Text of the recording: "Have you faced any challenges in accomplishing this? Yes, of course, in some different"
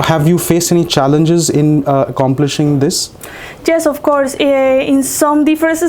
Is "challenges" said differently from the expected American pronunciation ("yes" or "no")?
no